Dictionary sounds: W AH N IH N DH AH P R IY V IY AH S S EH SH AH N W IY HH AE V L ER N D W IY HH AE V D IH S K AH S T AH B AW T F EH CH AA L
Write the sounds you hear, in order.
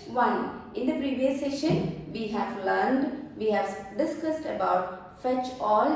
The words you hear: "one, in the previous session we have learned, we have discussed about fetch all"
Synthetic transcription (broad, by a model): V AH N IH N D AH P R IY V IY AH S S EH SH AH N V IY HH AE V L ER N D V IY HH AE V D IH S K AH S T AH B AW T F EH CH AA L